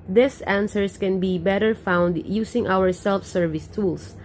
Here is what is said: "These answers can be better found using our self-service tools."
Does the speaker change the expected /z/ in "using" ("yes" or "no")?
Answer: yes